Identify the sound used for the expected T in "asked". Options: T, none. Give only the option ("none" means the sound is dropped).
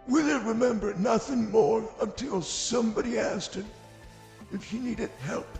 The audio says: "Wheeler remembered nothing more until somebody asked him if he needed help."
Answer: T